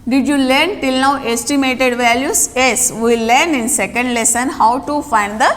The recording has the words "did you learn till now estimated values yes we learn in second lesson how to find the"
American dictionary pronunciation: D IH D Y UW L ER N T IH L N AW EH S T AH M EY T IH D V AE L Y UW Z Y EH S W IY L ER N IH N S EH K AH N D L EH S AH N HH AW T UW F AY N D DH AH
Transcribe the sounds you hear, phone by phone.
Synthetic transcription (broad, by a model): D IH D Y UW L ER N T IH L N AW EH S T AH M EY T IH D V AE L Y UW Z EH S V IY L ER N IH N S EH K AH N D L EH S AH N HH AW T UW F AY N D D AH